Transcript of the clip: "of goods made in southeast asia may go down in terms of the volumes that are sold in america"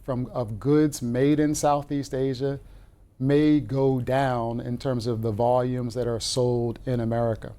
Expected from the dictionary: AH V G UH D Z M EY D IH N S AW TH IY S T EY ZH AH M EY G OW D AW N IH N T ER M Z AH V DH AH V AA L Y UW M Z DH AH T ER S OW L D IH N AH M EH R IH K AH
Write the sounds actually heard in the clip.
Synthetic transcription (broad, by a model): AH V G UH D Z M EY D IH N S AW TH IY S T EY ZH AH M EY G OW D AW N IH N T ER M Z AH V DH AH V AA L Y UW M Z DH AH T ER S OW L D IH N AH M EH R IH K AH